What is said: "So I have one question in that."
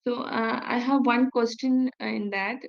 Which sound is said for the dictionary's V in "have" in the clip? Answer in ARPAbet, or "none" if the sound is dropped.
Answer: V